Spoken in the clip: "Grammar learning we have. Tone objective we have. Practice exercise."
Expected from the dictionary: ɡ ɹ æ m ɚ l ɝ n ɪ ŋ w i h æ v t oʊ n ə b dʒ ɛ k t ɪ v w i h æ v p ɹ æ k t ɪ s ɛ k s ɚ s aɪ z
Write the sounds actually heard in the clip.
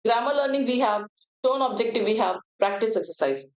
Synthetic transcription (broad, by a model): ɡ ɹ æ m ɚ l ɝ n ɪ ŋ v i h æ v t oʊ n ə b dʒ ɛ k t ɪ v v i h æ v p ɹ æ k t ɪ s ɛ k s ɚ s aɪ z